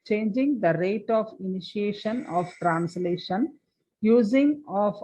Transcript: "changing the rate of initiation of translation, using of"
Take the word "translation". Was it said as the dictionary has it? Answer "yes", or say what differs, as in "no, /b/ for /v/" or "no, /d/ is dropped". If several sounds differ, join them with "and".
yes